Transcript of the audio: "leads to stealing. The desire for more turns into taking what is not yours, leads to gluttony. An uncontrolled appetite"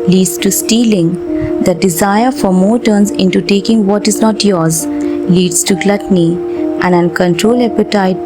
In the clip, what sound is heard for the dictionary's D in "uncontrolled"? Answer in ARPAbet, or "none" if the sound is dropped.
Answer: none